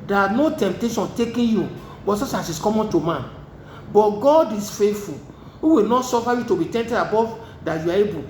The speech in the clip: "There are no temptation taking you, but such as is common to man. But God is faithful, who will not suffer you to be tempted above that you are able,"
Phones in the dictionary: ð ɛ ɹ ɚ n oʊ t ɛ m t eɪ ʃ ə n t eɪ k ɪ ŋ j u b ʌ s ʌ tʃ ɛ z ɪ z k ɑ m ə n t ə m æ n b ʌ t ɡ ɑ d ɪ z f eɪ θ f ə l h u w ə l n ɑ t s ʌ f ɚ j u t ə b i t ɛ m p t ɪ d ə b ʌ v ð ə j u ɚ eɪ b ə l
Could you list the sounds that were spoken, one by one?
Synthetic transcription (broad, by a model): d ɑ n oʊ t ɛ m t eɪ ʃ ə n t eɪ k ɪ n j u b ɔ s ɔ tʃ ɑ s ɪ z k ɑ m ə n t ə m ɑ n b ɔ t ɡ ɑ d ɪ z f eɪ t f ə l h u w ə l n ɑ t s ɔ f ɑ j u t ə b i t ɛ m t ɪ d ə b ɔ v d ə j u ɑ eɪ b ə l